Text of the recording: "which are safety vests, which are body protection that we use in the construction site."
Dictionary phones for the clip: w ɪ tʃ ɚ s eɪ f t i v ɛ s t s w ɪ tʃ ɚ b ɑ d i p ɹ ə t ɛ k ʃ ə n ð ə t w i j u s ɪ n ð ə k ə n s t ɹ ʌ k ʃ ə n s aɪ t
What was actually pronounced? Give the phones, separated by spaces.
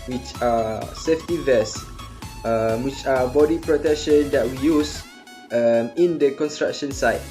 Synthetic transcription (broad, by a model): w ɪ tʃ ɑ s eɪ f t i v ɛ s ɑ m w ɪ tʃ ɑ b ɑ d i p ɹ ə t ɛ k ʃ ə n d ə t w i j u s ɪ n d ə k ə n s t ɹ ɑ k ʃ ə n s aɪ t